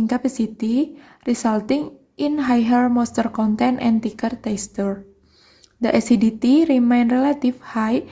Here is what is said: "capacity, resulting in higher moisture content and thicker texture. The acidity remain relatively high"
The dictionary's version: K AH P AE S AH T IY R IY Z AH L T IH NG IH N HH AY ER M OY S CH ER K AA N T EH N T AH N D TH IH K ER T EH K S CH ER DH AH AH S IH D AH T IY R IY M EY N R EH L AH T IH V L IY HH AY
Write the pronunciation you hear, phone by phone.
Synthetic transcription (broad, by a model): K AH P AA S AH T IY R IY S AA L T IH NG IH N HH AY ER M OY S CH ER K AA N T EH N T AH N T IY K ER T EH S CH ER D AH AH S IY D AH T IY R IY M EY N R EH L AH T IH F HH AY